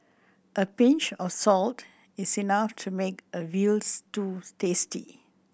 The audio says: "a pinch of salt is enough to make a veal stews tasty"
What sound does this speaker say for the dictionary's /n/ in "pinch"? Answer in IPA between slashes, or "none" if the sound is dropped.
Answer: /n/